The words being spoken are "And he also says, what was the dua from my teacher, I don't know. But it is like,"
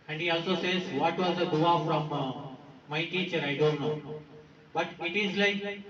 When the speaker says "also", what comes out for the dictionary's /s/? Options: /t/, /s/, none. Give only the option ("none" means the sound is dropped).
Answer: /s/